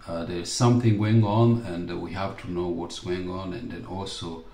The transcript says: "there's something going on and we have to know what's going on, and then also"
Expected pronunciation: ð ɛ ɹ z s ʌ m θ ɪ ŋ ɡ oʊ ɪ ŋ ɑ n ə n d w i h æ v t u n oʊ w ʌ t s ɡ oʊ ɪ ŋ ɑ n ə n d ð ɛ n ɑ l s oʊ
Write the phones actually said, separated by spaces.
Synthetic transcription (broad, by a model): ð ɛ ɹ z s ʌ m θ ɪ ŋ ɡ oʊ ɪ ŋ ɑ n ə n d w i h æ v t u n oʊ w ʌ t s ɡ oʊ ɪ ŋ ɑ n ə n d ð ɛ n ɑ l s oʊ